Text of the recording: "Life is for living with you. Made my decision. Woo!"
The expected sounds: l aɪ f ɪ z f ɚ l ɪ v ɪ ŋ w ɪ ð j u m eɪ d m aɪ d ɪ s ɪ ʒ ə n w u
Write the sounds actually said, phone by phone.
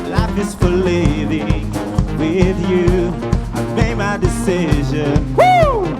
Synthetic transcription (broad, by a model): l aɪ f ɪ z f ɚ l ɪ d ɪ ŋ w ɪ ð j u m eɪ d m aɪ d ɪ s ɪ ʒ ə n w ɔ